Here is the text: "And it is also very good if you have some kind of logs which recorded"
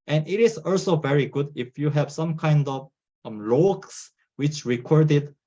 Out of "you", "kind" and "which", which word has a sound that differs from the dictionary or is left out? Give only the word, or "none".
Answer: none